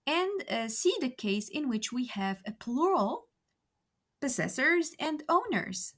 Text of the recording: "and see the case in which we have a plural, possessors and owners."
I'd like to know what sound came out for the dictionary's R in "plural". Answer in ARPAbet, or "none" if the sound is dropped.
R